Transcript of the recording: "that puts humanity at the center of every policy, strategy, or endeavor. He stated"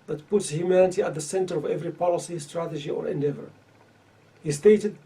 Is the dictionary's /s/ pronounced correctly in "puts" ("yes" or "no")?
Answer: yes